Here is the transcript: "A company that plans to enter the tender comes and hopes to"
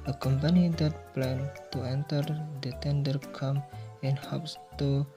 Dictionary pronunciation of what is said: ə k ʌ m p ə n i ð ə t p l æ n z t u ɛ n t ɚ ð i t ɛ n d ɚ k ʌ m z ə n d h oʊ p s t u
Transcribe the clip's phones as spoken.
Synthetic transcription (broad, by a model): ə k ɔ m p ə n i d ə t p l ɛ n t u ɛ n t ɚ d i t ɛ n d ɚ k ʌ m ə n h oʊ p s t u